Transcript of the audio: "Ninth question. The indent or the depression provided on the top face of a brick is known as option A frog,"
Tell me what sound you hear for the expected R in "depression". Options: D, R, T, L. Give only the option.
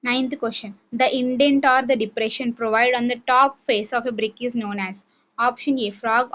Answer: R